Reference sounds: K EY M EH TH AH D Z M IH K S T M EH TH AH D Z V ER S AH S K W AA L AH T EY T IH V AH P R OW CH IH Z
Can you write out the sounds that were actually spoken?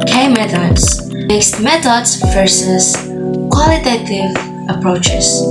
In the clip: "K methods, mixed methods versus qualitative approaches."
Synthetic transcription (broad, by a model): K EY M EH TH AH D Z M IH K S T M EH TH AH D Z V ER S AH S K W AA L AH T EY T IH V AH P R OW CH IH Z